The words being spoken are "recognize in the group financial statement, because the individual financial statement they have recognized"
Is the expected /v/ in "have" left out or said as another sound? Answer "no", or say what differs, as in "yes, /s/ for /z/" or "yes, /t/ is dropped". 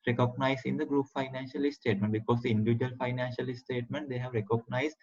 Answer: no